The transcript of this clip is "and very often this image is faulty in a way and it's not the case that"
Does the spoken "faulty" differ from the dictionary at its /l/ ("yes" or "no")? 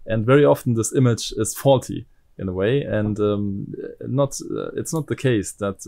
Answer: no